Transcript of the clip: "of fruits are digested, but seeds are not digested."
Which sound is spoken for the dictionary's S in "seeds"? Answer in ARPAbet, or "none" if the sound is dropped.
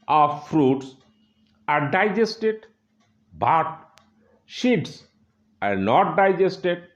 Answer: SH